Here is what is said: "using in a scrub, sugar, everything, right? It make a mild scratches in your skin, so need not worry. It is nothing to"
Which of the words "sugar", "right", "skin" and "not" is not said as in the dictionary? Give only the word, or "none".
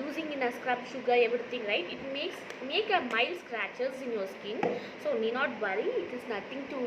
none